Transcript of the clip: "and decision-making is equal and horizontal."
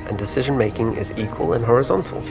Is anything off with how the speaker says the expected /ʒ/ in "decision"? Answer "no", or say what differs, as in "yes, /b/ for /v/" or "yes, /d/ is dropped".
no